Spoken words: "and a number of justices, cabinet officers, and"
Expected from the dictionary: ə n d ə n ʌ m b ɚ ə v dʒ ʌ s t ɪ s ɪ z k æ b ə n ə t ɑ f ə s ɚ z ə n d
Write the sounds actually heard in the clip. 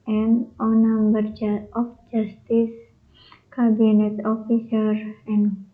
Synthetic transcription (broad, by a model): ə n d ə n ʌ m b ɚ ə f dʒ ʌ s t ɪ s k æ b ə n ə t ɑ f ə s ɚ ə n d